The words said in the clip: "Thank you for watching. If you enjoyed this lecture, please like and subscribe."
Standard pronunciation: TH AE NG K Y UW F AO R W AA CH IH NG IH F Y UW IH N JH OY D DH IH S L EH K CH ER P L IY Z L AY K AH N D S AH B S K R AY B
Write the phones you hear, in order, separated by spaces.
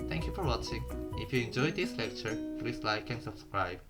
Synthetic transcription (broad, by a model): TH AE NG K Y UW F AO R W AA CH IH NG IH F Y UW IH N JH OY D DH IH S L EH K CH ER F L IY S L AY K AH N S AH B S K R AY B